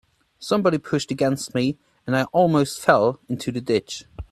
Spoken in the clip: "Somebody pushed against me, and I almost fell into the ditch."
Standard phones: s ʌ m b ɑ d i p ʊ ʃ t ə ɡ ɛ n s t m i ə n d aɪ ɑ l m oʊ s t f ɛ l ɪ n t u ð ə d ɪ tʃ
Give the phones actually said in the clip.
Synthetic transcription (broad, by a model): s ʌ m b ɑ d i p ʊ ʃ t ə ɡ ɛ n s t m i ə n aɪ ɑ l m oʊ s t f ɛ l ɪ n t u ð ə d ɪ tʃ